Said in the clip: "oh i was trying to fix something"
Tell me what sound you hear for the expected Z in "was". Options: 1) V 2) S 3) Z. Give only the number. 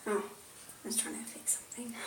2